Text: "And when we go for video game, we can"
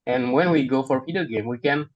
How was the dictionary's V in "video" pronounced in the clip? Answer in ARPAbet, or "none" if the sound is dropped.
P